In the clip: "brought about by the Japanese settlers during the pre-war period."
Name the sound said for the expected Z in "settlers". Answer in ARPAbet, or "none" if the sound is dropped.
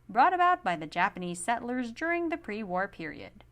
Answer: Z